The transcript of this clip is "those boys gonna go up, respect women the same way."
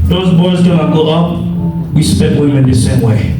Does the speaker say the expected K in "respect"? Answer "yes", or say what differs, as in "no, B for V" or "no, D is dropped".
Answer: no, K is dropped